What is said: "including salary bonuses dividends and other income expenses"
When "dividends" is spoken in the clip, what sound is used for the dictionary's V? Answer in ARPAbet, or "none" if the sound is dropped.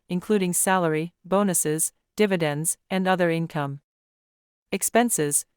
V